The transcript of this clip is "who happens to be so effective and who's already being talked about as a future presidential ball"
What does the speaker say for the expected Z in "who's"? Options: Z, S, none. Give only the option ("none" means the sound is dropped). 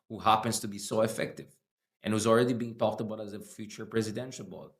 Z